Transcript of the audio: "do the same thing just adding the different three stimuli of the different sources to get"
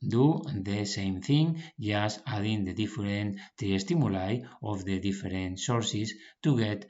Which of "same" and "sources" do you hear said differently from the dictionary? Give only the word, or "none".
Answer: sources